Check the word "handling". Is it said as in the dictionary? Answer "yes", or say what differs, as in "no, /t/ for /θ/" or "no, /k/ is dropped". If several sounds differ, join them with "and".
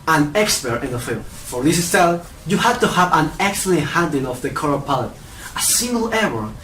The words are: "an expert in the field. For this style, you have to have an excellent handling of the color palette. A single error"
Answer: no, /l/ is dropped